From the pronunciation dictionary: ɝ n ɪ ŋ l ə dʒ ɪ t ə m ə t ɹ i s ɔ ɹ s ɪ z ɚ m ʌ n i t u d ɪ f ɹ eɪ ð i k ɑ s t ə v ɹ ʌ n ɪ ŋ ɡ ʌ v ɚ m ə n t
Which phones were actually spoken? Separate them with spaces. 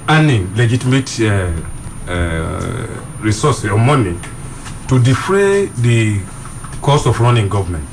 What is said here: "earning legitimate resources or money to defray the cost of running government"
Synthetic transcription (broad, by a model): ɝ n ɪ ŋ l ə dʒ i t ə m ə t ɹ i s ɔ s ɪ ɔ m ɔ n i t u d ɪ f ɹ eɪ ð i k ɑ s ə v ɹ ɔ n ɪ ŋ ɡ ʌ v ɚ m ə n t